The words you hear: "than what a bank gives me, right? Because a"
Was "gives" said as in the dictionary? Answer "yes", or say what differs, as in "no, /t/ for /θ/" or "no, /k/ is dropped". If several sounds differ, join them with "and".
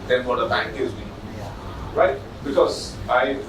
no, /v/ is dropped